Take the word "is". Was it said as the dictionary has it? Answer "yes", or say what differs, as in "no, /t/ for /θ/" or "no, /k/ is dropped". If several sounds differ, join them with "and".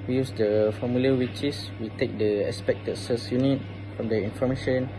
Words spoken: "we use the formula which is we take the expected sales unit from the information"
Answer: no, /s/ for /z/